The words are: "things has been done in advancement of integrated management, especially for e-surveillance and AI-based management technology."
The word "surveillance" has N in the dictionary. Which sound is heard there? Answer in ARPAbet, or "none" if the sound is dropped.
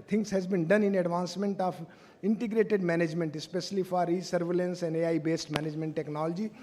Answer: N